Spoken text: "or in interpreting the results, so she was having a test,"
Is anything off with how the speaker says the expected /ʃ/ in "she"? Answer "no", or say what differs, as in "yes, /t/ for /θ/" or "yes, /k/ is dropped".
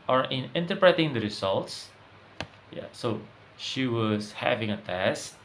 no